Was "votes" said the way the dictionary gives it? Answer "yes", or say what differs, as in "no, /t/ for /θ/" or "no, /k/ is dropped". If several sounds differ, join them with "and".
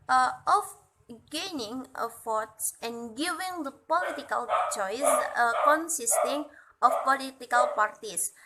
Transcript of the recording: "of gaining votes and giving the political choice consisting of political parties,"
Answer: no, /f/ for /v/